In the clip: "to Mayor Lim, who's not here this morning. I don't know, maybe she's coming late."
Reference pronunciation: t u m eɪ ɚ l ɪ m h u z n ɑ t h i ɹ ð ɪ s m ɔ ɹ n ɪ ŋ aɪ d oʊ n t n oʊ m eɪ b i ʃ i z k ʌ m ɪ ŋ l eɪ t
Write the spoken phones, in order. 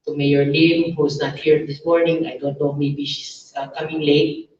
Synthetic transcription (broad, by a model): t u m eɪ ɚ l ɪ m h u s n ɑ t h i ɹ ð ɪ s m ɔ ɹ n ɪ ŋ aɪ d oʊ n t n oʊ m eɪ b i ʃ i s k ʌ m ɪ ŋ l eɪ t